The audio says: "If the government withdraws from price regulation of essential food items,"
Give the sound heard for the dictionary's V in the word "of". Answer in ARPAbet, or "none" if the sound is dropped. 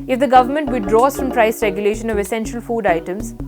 V